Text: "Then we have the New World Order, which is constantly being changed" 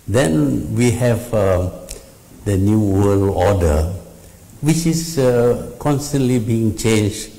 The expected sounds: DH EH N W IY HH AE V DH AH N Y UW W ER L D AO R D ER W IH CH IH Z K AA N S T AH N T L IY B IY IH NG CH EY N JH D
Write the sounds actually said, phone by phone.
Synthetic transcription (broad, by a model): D EH N W IY HH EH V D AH N Y UW W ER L AO D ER W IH CH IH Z K AA N S T AH N T L IY B IY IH NG CH EY N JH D